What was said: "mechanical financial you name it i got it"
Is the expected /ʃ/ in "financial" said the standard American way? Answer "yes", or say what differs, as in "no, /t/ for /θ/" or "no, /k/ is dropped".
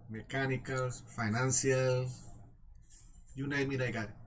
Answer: no, /s/ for /ʃ/